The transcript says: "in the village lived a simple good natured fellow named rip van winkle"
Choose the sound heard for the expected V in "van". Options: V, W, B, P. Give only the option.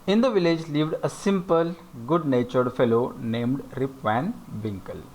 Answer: V